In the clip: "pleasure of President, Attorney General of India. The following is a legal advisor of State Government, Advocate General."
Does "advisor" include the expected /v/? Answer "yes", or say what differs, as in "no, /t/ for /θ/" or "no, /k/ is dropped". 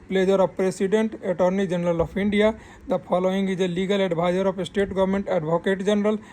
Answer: no, /b/ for /v/